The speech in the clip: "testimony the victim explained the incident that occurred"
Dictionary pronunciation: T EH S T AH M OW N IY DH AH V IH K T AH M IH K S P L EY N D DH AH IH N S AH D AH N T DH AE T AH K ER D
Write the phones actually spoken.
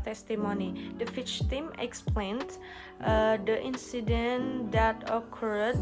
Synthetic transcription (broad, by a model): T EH S T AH M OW N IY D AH F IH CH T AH M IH K S P L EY N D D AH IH N S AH D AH N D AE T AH K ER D